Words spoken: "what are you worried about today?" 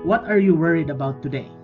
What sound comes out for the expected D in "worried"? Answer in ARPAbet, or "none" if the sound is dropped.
D